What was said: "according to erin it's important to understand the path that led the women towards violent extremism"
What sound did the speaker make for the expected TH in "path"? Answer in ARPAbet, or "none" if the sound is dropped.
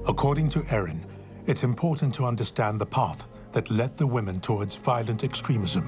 TH